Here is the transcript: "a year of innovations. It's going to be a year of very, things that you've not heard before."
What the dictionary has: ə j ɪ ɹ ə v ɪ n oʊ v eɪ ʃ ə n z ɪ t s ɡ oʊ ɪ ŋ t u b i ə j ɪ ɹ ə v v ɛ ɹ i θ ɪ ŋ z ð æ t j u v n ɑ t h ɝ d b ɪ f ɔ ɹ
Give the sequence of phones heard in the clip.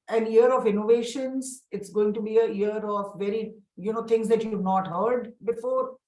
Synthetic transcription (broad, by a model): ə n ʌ ɹ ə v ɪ n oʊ v eɪ ʃ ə n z ɪ t s ɡ oʊ ɪ ŋ t u b i ə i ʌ ɹ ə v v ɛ ɹ i t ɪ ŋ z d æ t j u v n ɑ t h ɝ d b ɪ f ɔ ɹ